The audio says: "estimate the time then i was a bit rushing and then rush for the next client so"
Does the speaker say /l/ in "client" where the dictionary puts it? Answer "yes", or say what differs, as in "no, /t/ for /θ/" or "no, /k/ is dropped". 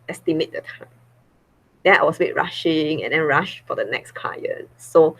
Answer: no, /l/ is dropped